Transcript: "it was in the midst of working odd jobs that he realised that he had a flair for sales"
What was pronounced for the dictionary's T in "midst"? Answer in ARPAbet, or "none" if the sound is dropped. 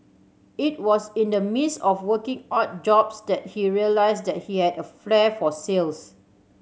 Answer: none